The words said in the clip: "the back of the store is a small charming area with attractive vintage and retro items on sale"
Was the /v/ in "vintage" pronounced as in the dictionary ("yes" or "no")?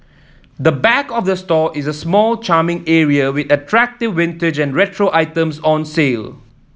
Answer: no